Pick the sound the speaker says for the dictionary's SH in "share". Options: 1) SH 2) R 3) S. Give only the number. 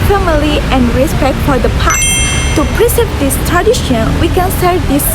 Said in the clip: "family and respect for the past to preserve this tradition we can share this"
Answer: 3